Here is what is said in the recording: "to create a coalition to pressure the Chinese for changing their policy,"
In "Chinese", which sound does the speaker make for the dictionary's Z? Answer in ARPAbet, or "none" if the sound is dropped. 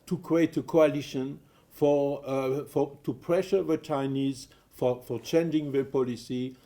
Z